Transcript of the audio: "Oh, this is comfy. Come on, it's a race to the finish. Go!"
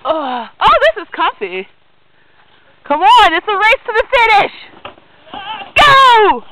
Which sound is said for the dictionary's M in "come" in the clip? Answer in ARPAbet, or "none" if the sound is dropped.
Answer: M